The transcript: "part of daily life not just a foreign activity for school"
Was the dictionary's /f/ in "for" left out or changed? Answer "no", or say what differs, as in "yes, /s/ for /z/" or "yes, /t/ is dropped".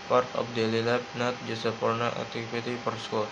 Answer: yes, /p/ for /f/